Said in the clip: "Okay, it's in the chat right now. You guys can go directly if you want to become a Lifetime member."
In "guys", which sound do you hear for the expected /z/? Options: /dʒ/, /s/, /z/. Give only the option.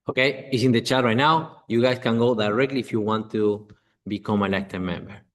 /s/